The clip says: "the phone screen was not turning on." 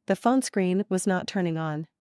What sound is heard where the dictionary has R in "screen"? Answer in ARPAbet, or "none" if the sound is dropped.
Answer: R